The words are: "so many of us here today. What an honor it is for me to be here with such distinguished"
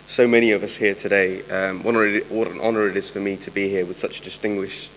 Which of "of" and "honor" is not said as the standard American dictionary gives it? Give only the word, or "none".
none